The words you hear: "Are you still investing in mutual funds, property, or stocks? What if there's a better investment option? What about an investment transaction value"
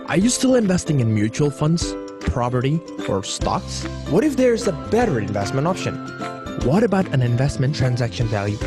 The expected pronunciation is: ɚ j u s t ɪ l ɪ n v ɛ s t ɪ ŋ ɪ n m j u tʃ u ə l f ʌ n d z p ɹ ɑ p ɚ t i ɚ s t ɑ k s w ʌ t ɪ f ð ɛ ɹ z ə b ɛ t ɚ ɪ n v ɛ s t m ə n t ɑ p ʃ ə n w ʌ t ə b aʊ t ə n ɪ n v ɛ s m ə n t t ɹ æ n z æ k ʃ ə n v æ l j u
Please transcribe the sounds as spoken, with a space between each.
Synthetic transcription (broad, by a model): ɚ j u s t ɪ l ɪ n v ɛ s t ɪ ŋ ɪ n m j u tʃ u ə l f ʌ n d z p ɹ ɑ p ɚ t i ɚ s t ɑ k s w ʌ t ɪ f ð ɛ ɹ z ə b ɛ t ɚ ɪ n v ɛ s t m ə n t ɑ p ʃ ə n w ʌ t ə b aʊ t ə n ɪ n v ɛ s m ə n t t ɹ æ n z æ k ʃ ə n v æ l j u